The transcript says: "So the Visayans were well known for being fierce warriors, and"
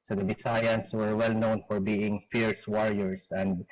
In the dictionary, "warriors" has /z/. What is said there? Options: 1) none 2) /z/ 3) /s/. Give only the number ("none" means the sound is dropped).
3